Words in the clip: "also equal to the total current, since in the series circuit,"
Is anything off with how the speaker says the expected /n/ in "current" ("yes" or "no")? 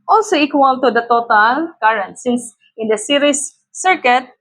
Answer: no